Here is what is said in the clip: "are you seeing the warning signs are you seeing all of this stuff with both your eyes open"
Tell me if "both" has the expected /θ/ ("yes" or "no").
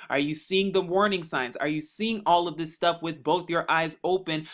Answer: yes